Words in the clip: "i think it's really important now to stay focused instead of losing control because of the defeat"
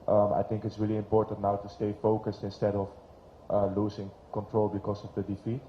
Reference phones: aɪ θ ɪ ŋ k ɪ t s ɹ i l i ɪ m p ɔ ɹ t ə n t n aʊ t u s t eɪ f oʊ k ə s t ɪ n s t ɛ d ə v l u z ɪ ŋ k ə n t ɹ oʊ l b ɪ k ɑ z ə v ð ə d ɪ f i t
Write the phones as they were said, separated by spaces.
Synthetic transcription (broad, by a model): aɪ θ ɪ ŋ k ɪ t s ɹ i l i ɪ m p ɔ ɹ t ə n t n aʊ t u s t eɪ f oʊ k ə s t ɪ n s t ɛ d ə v l u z ɪ ŋ k ə n t ɹ oʊ l b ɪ k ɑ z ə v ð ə d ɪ f i t